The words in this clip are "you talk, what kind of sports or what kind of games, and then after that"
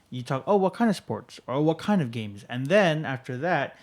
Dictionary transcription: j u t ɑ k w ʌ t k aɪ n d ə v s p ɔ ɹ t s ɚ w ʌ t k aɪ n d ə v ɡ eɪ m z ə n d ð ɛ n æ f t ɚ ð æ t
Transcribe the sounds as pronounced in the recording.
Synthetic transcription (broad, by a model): j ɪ t ɑ k w ʌ t k aɪ n d ə v s p ɔ ɹ t s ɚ w ʌ t k aɪ n d ə v ɡ eɪ m z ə n ð ɛ n æ f t ɚ ð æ t